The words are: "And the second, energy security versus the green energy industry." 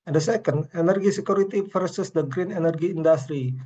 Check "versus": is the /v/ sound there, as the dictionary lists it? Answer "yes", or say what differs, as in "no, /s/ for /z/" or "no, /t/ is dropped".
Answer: no, /f/ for /v/